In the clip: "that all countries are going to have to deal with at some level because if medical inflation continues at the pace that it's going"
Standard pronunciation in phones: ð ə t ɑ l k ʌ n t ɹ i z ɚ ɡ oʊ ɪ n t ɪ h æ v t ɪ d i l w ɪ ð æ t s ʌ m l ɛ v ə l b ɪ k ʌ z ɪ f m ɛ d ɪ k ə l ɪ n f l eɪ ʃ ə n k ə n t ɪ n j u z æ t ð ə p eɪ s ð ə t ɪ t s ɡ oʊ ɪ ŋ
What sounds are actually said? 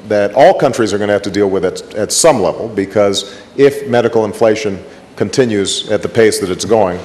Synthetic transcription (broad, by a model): ð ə t ɑ l k ʌ n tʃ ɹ i z ɚ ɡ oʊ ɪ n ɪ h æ f t ɪ d i l w ɪ ð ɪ t s ʌ m l ɛ v l b ɪ k ʌ z ɪ f m ɛ d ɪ k l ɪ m f l eɪ ʃ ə n k ə n t ɪ n j u z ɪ t ð ə p eɪ s ð ə t ɪ t s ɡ oʊ ɪ ŋ